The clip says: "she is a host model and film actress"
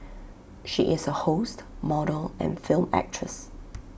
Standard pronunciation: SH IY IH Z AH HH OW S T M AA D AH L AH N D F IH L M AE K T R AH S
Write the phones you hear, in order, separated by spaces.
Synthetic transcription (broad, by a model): SH IY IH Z AH HH OW S T M AA D AH L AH N F IH L M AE K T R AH S